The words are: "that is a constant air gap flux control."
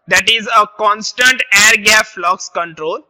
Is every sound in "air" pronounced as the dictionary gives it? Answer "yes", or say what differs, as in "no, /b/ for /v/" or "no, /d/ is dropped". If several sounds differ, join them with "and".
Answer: yes